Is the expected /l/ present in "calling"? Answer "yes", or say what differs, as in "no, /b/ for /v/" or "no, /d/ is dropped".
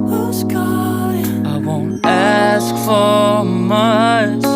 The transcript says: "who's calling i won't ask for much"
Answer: no, /l/ is dropped